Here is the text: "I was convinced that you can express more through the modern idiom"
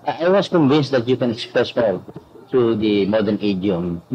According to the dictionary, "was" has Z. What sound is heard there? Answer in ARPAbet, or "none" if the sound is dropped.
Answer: S